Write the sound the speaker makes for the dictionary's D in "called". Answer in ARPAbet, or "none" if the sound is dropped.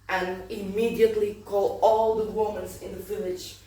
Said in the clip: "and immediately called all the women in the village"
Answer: none